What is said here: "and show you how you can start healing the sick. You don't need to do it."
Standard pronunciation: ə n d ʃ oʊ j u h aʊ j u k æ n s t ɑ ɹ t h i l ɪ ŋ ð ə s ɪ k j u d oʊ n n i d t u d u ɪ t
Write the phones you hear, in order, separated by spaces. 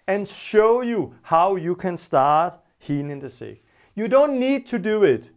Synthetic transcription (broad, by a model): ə n ʃ oʊ j u h aʊ j u k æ n s t ɑ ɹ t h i n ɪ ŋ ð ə s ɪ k j u d oʊ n n i d t u d u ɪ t